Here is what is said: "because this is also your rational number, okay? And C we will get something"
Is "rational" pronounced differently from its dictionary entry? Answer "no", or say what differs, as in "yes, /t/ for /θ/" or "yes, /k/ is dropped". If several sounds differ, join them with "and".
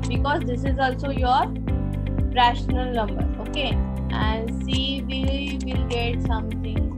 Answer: no